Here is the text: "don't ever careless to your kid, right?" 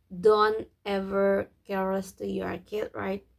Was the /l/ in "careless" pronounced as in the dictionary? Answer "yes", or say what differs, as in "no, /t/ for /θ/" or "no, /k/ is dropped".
no, /l/ is dropped